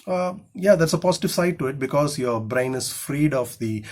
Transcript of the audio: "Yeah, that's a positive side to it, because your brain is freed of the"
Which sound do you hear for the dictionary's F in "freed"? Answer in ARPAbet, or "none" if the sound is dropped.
F